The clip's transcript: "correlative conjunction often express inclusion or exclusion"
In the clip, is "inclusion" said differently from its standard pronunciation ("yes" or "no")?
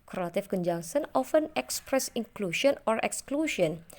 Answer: yes